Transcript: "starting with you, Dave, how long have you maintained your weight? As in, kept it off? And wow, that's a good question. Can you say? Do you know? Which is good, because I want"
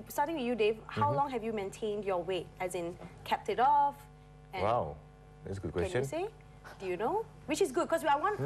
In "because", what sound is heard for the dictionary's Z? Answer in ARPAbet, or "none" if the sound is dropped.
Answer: none